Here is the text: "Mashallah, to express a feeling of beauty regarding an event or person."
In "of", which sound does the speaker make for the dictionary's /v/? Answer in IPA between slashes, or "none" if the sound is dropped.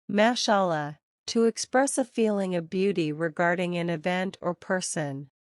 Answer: /v/